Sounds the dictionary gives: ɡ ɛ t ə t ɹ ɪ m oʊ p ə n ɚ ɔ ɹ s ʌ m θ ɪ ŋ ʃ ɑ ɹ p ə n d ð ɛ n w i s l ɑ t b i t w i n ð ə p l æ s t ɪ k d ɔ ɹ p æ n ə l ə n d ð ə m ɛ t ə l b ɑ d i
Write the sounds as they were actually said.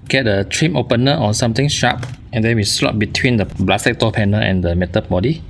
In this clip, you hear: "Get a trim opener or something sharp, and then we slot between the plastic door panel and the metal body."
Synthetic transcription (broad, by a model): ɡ ɛ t ə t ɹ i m oʊ p ə n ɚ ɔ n s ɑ m t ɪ ŋ ʃ ɑ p ə n d ɛ n w i s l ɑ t b i t w i n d ə b l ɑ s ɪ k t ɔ p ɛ n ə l ə n d ə m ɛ t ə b ɑ d i